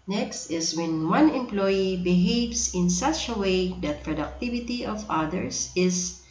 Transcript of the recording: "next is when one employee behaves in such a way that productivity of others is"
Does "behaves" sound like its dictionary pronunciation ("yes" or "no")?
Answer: no